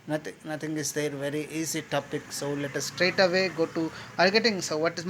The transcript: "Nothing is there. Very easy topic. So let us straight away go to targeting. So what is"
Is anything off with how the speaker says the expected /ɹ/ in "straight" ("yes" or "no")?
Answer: no